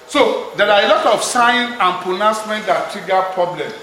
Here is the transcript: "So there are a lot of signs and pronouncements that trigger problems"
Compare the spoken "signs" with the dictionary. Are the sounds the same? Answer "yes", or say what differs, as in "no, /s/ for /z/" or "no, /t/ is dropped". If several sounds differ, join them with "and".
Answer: no, /z/ is dropped